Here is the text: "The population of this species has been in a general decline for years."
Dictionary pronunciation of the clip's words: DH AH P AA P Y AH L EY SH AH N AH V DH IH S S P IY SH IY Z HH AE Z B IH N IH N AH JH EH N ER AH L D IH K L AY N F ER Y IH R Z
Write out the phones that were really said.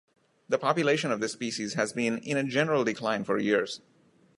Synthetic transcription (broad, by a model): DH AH P AA P Y AH L EY SH AH N AH V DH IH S S P IY SH IY Z HH AE Z B IH N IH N AH JH EH N ER AH L D IH K L AY N F ER Y IH R Z